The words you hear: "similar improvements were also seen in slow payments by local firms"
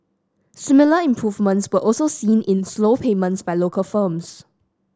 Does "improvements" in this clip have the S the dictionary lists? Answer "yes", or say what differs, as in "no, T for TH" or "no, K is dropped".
yes